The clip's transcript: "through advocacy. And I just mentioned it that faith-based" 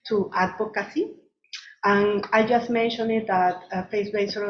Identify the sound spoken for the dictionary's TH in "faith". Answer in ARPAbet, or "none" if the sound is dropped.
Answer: S